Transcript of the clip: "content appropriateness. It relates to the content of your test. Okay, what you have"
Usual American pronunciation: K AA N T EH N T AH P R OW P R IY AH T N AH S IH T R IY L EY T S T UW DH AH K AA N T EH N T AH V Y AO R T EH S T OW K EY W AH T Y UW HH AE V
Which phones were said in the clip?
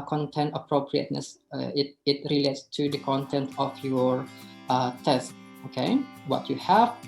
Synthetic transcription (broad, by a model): K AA N T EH N T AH P R OW P R IY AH T N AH S IH T R IY L EY T S T UW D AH K AA N T EH N T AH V Y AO R T EH S T OW K EY W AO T Y UW HH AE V